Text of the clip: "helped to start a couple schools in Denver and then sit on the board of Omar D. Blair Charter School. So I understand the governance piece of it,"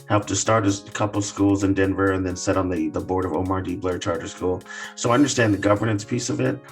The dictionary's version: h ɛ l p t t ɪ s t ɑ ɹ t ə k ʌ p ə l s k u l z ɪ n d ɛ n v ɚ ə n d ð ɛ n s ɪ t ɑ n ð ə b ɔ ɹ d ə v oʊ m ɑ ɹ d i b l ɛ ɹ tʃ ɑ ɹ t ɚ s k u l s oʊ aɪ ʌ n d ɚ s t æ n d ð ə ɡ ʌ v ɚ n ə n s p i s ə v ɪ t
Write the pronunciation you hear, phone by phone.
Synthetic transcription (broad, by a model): h ɛ l p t t ɪ s t ɑ ɹ t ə k ʌ p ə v s k u l z ɪ n d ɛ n v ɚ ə n ð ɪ n s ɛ t n ð ə b ɔ ɹ d ə v oʊ m ɑ ɹ d i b l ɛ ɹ tʃ ɑ ɹ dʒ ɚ s k u l s oʊ aɪ ʌ n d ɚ s t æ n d ð ə ɡ ʌ v ɚ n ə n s p i s ə v ɪ t